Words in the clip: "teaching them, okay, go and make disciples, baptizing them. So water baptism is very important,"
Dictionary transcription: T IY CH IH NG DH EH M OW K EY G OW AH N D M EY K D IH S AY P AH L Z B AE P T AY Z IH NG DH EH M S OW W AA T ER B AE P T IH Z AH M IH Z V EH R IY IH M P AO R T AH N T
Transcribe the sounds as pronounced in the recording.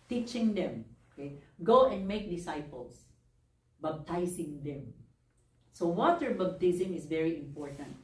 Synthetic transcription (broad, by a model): T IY CH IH NG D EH M OW K EY G OW AH N D M EY K D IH S AY P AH L S B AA B T AY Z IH NG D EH M S OW W AA T ER B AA B T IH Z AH M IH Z V EH R IY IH M P AO R T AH N T